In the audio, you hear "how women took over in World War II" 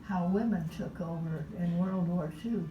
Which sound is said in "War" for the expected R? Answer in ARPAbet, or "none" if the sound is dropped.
R